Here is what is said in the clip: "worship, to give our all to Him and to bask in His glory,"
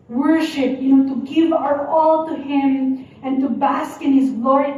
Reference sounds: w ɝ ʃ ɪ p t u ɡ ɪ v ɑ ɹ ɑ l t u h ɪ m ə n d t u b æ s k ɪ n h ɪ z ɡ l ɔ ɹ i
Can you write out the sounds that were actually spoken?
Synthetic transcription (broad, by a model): w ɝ ʃ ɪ p t u ɡ ɪ v ɑ ɹ ɑ l t u h ɪ m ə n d t u b æ s k ɪ n h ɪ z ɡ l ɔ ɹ